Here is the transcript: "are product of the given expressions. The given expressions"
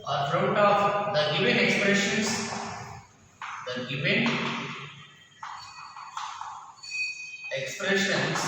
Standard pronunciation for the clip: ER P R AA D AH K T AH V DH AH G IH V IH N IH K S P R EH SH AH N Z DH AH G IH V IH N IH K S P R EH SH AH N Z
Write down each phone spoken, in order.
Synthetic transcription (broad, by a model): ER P R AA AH T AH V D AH G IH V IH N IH K S P R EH SH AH N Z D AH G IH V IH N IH K S P R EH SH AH N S